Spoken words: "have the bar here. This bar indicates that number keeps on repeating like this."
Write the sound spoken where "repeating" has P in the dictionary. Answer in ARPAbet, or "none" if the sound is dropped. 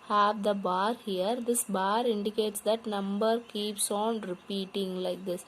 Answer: P